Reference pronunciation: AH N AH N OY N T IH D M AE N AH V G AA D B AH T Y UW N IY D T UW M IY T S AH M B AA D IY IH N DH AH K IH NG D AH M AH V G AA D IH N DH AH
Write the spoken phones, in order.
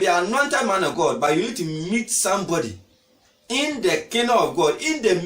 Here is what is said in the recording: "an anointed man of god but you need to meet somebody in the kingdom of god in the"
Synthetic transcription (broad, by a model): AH AH N OY N T IH D M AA N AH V G AA D B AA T Y UW N IY D T UW M IY T S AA M B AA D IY IH N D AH K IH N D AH AH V G AA D IH N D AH